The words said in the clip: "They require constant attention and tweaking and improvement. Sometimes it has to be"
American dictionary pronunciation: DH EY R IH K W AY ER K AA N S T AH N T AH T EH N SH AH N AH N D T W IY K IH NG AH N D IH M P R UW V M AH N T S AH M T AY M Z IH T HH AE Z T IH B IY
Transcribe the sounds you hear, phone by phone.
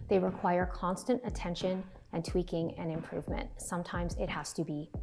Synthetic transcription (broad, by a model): DH EY R IH K W AY ER K AA N S T AH N T AH T EH N SH AH N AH N T W IY K IH NG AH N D IH M P R UW V M AH N T S AH M T AY M Z IH T HH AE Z T IH B IY